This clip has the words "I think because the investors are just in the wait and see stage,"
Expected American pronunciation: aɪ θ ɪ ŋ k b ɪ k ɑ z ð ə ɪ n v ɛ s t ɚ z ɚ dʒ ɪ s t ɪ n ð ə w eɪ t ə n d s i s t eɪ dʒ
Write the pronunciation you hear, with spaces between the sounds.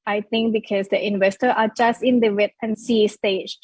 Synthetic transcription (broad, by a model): aɪ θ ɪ ŋ k b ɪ k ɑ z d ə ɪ n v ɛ s t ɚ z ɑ dʒ ɪ s t ɪ n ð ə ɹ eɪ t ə n s i s t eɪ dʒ